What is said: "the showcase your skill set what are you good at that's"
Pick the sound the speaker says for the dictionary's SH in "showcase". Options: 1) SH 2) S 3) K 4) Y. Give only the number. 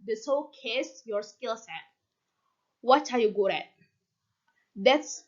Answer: 2